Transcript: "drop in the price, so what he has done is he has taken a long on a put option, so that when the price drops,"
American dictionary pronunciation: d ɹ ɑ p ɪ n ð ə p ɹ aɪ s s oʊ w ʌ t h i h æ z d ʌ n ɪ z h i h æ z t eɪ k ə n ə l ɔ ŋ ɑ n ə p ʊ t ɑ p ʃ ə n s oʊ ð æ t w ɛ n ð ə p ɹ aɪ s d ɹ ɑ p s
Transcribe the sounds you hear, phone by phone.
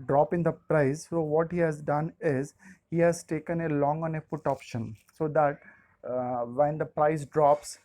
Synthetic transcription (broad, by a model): d ɹ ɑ p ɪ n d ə p ɹ aɪ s s oʊ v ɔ t h i h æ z d ʌ n ɪ z h i h æ z t eɪ k ə n ə l ɔ ŋ ɑ n ə f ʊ t ɑ p ʃ ə n s oʊ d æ t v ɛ n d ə p ɹ aɪ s d ɹ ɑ p s